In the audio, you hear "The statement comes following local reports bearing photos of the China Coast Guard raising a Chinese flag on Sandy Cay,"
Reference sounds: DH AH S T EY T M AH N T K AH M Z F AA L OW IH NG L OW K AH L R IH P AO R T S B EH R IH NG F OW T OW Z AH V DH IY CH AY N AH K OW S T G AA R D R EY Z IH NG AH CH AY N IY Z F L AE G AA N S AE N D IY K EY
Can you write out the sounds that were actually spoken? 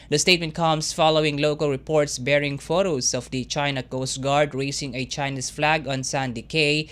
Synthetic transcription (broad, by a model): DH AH S T EY T M AH N T K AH M S F AA L OW IH NG L OW K AH L R IH P AO R T S B EH R IH NG F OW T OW S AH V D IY CH AY N AH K OW S T G AA R D R EY S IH NG AH CH AY N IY S F L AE G AA N S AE N D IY K EY